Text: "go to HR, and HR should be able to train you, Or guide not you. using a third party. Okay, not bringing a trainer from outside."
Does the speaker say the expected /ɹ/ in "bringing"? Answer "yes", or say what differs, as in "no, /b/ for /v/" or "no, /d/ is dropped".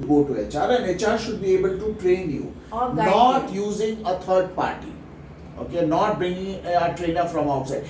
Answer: no, /ɹ/ is dropped